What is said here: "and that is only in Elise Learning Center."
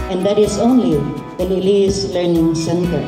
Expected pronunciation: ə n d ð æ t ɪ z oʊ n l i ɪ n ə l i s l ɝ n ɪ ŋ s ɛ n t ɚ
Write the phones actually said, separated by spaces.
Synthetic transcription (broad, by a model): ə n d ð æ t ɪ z oʊ n l i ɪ l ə l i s l ɝ n ɪ ŋ s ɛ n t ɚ